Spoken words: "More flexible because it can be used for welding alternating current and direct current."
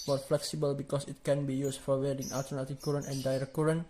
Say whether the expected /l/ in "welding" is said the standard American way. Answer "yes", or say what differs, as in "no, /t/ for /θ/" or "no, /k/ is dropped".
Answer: no, /l/ is dropped